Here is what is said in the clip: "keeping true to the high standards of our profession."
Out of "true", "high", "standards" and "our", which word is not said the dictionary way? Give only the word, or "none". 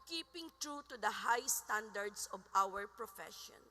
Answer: standards